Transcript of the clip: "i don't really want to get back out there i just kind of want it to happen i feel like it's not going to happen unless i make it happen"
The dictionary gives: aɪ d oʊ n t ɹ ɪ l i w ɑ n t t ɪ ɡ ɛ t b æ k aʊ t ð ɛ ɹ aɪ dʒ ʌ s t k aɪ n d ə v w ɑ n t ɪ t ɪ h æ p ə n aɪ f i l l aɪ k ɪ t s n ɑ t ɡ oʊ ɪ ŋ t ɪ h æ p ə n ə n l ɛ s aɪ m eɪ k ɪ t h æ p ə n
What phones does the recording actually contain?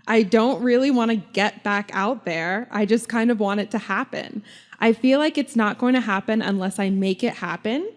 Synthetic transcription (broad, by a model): aɪ d oʊ n t ɹ ɪ l i w ɑ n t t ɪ ɡ ɛ t b æ k aʊ t ð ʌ ɹ aɪ dʒ ʌ s k aɪ n d ə v w ɑ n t ɪ t ɪ h æ p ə n aɪ f i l l aɪ k ɪ t s n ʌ t ɡ oʊ ɪ ŋ t ɪ h æ p ə n ə n l ɛ s aɪ m eɪ k ɪ t h æ p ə n